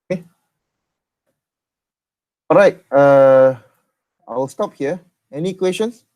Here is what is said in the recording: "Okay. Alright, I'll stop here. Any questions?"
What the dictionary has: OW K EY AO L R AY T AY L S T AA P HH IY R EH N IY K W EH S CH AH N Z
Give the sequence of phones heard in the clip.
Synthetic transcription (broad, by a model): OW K EY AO R AY T AY L S T AA P HH IY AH EH N IY K W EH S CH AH N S